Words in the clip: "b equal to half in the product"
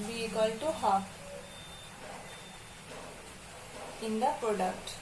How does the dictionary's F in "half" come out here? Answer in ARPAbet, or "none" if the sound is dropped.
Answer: none